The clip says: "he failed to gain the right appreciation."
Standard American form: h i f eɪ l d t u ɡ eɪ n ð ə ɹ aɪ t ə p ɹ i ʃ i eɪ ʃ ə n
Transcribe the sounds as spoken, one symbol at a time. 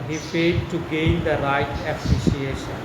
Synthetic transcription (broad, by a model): h i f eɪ d t u ɡ eɪ n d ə ɹ aɪ t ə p ɹ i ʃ i eɪ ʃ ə n